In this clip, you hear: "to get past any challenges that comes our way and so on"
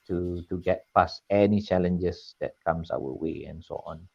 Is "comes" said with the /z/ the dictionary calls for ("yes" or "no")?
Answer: no